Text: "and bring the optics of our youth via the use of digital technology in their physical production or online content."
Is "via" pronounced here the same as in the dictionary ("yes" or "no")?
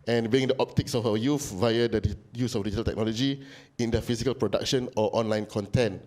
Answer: yes